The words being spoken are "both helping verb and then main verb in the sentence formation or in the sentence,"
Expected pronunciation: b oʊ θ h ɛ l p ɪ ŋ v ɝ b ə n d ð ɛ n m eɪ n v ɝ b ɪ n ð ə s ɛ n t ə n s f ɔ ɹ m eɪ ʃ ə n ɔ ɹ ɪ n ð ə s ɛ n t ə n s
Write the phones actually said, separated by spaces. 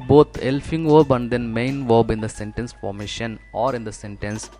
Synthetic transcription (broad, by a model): b oʊ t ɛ l f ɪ ŋ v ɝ b ə n d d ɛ n m eɪ n v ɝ b ɪ n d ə s ɛ n t ə n s f ɔ ɹ m eɪ ʃ ə n ɔ ɹ ɪ n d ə s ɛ n t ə n s